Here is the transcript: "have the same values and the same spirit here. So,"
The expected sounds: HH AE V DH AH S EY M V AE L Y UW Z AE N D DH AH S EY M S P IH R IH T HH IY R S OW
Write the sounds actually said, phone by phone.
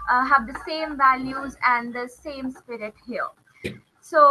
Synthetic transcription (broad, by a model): HH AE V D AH S EY M V AE L Y UW Z AE N D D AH S EY M S P IH R IH T HH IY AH S OW